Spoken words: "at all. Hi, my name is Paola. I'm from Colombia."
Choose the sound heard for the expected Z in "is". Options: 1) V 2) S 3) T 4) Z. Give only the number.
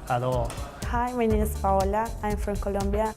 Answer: 2